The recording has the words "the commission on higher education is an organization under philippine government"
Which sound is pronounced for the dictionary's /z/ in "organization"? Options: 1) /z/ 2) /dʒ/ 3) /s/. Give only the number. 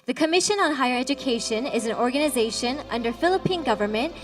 1